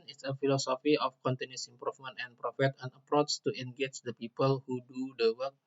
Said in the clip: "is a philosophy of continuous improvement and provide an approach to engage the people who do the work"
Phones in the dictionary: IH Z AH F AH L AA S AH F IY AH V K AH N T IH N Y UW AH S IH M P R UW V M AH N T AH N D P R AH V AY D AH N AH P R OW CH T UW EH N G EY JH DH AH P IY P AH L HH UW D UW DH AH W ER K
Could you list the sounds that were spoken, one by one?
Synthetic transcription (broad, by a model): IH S AH F AH L AA S AH F IY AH F K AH N T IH N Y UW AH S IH M P R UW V M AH N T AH N P R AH F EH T AH N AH P R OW S T UW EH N G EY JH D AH P IY P AH L HH UW D UW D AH W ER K